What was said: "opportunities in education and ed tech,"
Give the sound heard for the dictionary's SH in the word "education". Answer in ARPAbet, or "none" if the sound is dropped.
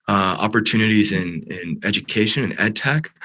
SH